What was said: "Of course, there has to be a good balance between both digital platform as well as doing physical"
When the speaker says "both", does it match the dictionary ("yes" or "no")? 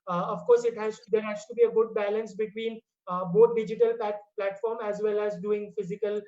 no